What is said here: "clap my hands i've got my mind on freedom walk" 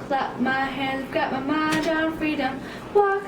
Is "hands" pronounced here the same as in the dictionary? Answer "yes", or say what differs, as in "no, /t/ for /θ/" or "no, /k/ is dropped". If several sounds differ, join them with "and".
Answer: no, /n/ is dropped